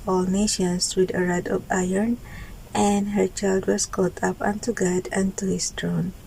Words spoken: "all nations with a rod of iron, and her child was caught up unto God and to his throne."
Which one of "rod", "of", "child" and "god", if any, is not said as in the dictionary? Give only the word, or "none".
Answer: of